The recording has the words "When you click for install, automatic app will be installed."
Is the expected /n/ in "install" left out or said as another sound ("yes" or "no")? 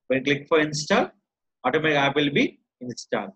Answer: no